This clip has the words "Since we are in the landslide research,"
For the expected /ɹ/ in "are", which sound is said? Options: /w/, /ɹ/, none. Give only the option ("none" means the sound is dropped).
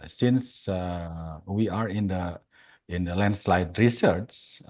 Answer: /ɹ/